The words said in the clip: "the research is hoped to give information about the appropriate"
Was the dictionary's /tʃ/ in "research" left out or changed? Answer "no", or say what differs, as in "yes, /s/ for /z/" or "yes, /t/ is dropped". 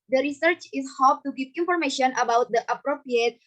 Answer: no